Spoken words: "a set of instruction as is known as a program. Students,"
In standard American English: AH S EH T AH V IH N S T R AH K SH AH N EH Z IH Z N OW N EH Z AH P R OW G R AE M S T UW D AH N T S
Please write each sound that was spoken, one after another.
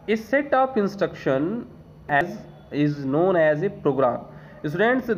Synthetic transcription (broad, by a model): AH S EH T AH P IH N S T R AH K SH AH N EH Z IH Z N OW N EH Z AH P R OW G R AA M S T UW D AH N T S